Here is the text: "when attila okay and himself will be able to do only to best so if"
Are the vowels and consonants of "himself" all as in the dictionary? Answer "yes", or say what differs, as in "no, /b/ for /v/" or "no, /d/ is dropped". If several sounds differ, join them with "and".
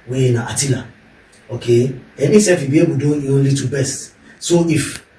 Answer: no, /m/ is dropped and /l/ is dropped